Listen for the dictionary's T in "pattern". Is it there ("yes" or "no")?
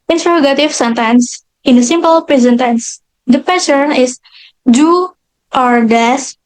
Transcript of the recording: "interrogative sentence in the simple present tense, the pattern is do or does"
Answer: no